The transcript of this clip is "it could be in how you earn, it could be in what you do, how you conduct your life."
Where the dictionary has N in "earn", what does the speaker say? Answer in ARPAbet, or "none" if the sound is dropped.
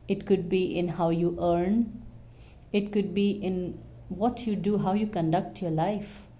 N